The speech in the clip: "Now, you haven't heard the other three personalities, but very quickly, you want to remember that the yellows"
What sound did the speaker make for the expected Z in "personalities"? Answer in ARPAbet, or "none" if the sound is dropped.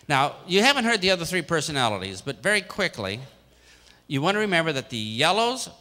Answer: Z